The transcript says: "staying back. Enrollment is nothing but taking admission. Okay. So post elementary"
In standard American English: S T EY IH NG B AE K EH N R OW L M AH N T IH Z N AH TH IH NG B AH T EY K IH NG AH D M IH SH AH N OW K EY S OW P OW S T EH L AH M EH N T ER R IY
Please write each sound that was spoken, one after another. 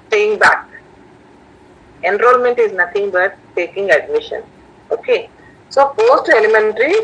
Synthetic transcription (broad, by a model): S T EY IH NG B AE K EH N R OW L M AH N T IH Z N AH T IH NG B AH T EY K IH NG AH D M IH SH AH N OW K EY S OW F OW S T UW L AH M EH N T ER R IY